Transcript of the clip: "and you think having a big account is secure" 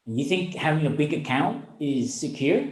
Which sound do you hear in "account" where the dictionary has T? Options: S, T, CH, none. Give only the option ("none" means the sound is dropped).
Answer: T